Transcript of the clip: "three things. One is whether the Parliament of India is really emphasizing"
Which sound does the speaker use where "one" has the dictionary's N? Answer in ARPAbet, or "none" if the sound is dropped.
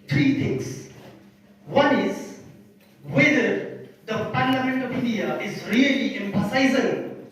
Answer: N